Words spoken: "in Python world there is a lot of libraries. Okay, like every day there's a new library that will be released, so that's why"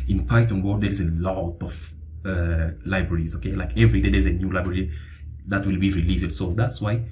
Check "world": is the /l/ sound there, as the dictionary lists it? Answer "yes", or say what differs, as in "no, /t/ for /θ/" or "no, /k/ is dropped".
no, /l/ is dropped